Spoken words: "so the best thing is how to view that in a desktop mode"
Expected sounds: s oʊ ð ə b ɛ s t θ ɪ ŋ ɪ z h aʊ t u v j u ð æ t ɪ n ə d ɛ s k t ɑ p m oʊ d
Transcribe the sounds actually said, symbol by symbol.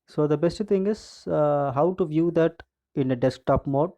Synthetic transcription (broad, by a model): s oʊ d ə b ɛ s t t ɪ ŋ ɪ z h aʊ t u v j u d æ t ɪ n ə d ɛ s k t ɑ p m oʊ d